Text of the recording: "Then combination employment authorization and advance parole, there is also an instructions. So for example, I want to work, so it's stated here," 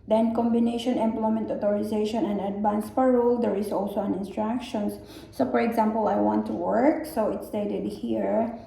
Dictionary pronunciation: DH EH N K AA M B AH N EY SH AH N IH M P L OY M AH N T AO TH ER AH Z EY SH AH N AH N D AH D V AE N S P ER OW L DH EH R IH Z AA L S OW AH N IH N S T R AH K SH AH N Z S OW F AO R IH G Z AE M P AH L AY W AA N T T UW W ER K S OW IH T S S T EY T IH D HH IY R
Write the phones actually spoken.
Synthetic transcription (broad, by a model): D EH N K AA M B AH N EY SH AH N IH M P L OY M AH N T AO T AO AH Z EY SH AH N AH N D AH D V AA N S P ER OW L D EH R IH S AA L S OW AH N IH N S T R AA K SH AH N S S OW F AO R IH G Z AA M P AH L AY W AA N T T UW W ER K S OW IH T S S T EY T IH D HH IY R